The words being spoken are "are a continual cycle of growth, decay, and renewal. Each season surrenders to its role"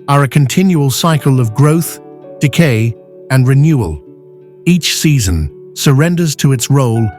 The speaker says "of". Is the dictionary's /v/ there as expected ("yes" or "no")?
yes